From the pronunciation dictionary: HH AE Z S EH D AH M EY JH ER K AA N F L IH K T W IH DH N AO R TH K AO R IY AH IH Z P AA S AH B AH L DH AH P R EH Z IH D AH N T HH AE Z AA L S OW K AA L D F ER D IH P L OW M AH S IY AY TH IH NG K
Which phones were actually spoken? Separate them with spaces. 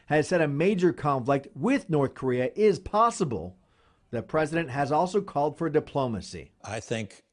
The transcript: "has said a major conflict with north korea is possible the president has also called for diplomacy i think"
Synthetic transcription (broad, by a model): HH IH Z S EH D AH M EY JH ER K AA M F L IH K T W IH DH N AO R TH K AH R IY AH IH Z P AA S AH B AH L DH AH P R EH Z IH D AH N T HH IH Z AA L S OW K AA L D F ER D IH P L OW M AH S IY AY TH IH NG K